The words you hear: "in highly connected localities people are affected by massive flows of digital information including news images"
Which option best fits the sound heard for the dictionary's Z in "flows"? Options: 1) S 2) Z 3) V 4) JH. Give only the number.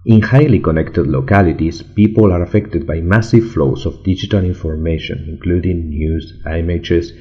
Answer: 1